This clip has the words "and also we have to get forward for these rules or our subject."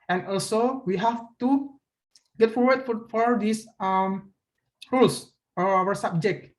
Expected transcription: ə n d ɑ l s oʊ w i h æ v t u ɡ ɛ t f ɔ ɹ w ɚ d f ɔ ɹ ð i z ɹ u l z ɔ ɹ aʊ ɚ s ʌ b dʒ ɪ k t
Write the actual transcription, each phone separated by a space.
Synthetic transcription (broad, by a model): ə n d ɑ l s oʊ w i h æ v t u ɡ ɛ t f ɔ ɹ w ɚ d f ɔ ɹ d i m ɹ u l s ɔ ɹ aʊ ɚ s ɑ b dʒ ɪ k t